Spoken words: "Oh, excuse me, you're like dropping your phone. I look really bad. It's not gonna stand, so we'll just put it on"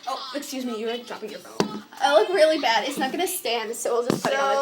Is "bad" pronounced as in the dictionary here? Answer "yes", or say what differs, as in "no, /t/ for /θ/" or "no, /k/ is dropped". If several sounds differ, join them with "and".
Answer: yes